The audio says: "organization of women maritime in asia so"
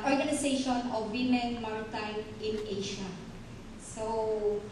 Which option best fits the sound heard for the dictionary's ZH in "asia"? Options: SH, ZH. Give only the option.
SH